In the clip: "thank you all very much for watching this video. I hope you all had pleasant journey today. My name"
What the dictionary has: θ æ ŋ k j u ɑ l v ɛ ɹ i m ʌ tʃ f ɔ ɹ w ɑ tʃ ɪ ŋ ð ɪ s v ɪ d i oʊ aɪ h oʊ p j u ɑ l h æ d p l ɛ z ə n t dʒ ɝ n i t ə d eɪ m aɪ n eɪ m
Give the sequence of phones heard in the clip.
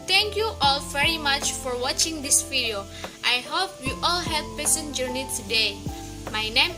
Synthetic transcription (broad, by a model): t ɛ ŋ k j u ɑ l v ɛ ɹ i m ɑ tʃ f ɔ ɹ w ɑ tʃ ɪ ŋ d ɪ s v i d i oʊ aɪ h oʊ p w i ɑ l h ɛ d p ɛ s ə n dʒ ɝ n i t ə d eɪ m aɪ n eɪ m